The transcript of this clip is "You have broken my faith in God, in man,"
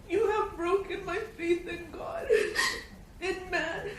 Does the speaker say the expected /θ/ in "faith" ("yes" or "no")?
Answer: yes